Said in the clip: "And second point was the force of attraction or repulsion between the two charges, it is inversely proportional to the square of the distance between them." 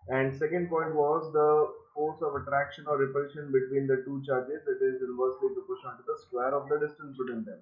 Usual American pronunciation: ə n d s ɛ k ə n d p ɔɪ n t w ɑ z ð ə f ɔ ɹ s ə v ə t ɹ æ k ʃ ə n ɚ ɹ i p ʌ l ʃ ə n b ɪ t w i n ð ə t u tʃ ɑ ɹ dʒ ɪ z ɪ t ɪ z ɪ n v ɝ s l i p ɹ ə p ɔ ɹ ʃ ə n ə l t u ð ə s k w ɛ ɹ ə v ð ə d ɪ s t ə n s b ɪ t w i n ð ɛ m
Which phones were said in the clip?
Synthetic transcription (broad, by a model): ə n d s ɛ k ə n d p ɔɪ n t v ɑ z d ə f ɔ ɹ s ə v ə t ɹ æ k ʃ ə n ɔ ɹ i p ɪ ʃ ə n b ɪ t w i n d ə t u tʃ ɑ ɹ dʒ ɪ z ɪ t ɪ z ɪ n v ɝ s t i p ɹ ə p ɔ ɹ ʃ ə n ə n t u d ə s k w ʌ ɹ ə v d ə d ɪ s t ə n s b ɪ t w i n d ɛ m